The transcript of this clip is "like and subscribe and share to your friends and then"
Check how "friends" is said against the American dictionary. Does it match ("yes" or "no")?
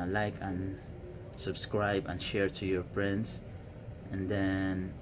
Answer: no